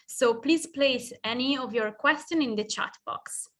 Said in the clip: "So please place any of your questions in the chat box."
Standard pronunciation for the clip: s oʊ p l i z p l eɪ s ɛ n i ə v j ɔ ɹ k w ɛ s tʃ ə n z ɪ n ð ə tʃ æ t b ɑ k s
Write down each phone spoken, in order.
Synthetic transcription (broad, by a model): s oʊ p l i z p l eɪ s ɛ n i ə v j ɔ ɹ k w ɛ s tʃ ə n ɪ n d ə tʃ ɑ t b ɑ k s